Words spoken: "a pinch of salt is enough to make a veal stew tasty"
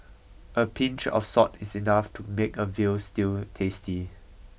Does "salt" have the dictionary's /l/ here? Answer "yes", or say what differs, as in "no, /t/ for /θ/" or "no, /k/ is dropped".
no, /l/ is dropped